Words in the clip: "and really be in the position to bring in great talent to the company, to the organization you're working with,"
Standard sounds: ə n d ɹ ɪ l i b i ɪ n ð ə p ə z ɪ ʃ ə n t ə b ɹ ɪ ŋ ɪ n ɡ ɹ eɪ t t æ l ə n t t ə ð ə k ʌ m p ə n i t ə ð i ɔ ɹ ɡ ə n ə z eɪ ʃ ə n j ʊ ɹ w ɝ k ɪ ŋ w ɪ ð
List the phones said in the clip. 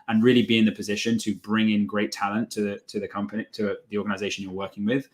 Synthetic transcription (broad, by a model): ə n ɹ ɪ l i b i ɪ n ð ə p ə z ɪ ʃ ə n t ə b ɹ ɪ ŋ ɪ n ɡ ɹ eɪ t t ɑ l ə n t t ə ð ə k ʌ m p ə n i t ə ð i ɔ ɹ ɡ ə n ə z eɪ ʃ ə n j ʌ ɹ w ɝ k ɪ ŋ w ɪ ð